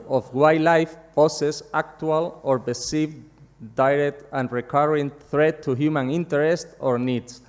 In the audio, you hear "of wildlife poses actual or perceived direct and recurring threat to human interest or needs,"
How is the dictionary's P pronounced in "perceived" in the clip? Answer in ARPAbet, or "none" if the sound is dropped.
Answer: B